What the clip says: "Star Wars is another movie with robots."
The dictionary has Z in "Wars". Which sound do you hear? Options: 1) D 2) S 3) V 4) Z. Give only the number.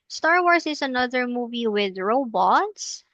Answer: 2